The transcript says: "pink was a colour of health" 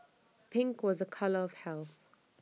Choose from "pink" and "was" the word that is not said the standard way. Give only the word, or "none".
none